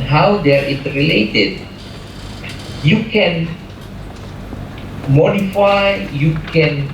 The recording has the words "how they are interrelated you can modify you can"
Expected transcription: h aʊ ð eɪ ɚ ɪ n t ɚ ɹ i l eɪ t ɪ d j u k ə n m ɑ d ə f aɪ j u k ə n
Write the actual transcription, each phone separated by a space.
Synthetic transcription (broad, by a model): h aʊ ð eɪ ɚ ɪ t ɹ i l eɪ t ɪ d j u k ə n m ɑ d ə f aɪ j u k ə n